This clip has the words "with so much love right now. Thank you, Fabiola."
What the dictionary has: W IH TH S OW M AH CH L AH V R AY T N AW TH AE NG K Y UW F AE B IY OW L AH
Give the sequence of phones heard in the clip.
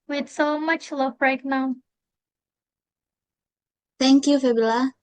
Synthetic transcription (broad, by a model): W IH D S OW M AH CH L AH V R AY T N AW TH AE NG K Y UW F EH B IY L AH